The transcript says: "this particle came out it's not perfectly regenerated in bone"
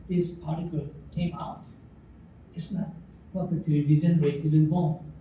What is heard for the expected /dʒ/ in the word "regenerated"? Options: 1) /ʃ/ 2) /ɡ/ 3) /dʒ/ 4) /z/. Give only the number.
4